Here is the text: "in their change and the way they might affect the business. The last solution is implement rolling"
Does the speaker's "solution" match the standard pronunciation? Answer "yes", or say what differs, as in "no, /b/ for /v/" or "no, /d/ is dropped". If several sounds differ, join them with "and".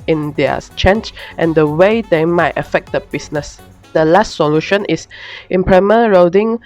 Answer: yes